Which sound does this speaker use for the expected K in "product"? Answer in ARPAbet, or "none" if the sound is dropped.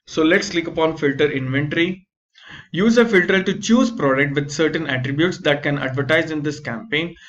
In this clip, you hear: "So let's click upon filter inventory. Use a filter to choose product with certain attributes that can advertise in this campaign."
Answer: K